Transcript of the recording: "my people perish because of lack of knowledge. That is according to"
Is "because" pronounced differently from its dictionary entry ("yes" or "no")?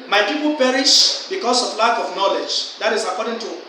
yes